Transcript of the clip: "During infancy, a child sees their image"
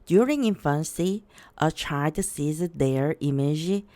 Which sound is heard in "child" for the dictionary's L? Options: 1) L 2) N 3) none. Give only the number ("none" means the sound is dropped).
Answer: 3